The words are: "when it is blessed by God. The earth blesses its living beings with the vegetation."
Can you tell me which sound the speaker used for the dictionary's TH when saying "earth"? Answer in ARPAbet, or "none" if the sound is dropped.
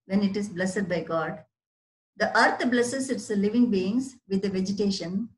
T